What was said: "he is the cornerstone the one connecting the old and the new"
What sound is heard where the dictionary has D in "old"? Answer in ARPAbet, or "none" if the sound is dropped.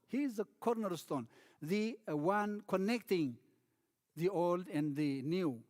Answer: D